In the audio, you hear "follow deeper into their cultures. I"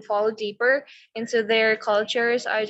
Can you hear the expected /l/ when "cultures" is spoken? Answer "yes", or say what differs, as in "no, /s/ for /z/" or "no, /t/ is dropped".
yes